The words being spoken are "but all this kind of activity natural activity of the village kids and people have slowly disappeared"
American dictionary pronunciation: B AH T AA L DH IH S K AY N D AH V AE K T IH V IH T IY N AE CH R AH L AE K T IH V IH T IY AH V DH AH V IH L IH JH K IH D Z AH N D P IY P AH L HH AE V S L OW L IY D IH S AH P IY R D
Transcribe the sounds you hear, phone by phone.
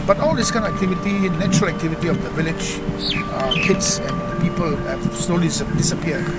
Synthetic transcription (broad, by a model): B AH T AA L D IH S K AY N AH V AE K T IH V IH T IY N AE CH R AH L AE K T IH V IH T IY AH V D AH V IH L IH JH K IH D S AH N P IY P AH L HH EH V S L OW L IY D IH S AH P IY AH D